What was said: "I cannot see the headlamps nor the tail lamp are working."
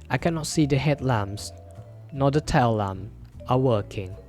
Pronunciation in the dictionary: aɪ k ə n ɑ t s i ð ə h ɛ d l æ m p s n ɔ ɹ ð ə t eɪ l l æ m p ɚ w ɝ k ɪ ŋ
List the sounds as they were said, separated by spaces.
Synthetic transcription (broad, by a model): aɪ k ə n ɑ t s i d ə h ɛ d l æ m s n ɔ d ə t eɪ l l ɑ m ɚ w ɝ k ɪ ŋ